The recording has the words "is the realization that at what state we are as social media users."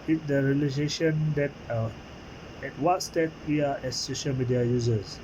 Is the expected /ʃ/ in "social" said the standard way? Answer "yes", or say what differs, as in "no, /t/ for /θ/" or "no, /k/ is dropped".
yes